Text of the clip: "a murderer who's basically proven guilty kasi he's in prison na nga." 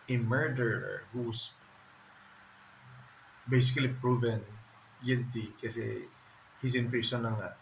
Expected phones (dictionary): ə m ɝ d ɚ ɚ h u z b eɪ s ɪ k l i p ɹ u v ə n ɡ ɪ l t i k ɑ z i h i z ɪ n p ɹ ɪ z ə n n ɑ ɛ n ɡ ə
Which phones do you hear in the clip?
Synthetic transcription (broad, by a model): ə m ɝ d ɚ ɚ h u s b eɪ s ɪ k l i p ɹ u v ə n ɡ ɪ l t i k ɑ s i h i s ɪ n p ɹ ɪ s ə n n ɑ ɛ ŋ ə